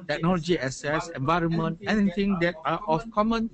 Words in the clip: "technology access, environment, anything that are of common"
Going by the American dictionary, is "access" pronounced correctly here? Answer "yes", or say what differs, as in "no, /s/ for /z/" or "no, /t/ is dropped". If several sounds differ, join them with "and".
no, /k/ is dropped